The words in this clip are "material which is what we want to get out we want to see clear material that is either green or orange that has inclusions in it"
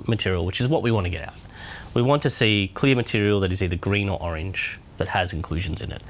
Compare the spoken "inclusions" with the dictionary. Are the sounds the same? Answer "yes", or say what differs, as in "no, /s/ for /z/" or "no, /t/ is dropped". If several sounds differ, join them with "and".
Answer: yes